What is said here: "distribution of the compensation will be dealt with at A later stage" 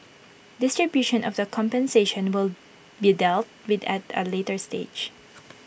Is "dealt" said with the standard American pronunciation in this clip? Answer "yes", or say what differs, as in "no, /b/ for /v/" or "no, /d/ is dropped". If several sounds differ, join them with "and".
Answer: yes